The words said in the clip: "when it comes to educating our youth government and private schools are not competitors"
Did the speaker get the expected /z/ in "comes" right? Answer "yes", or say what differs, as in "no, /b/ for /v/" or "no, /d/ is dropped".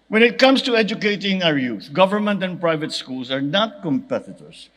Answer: no, /s/ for /z/